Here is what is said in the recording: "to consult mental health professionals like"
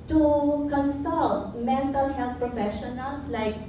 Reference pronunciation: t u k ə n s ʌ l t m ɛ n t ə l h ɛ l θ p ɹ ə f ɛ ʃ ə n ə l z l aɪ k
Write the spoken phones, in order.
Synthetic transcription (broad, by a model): t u k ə n s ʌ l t m ɛ n t ə l h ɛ l t p ɹ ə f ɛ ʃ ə n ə l s l aɪ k